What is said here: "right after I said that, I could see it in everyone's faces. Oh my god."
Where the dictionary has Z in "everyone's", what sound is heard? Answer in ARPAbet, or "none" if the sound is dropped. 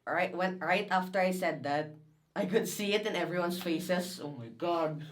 S